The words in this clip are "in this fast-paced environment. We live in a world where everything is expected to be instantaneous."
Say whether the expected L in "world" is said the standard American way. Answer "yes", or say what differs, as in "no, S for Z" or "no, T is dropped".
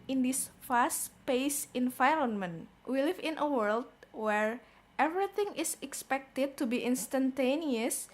yes